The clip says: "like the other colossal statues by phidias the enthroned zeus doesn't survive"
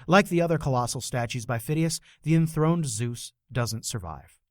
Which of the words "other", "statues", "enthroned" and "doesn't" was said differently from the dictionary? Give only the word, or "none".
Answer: none